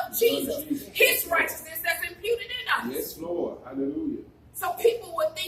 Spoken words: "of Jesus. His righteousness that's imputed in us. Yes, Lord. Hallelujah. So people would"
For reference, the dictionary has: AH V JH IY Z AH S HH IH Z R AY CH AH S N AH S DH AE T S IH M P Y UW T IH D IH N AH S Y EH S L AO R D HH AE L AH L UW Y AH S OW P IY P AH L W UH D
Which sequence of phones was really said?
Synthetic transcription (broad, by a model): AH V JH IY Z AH HH IH Z R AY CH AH S N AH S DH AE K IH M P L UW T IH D IH N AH Y EH S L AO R HH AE L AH L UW Y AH S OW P IY P L W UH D